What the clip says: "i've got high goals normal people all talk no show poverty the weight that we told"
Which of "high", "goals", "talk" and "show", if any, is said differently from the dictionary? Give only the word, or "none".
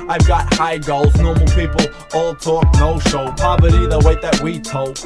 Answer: none